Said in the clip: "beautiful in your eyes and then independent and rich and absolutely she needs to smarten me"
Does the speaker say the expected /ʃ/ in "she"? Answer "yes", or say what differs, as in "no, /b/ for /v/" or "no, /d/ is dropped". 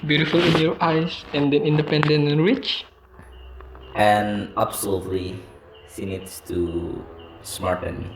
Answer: no, /s/ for /ʃ/